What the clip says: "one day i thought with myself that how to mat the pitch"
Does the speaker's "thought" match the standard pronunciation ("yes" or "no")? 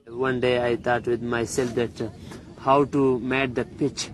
no